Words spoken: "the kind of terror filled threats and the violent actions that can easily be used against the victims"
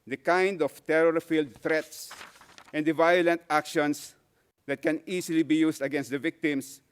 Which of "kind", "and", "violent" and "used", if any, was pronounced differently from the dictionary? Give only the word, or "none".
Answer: used